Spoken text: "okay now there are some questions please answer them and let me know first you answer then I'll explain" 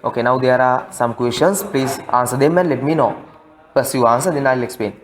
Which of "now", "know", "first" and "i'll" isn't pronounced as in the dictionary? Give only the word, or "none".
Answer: first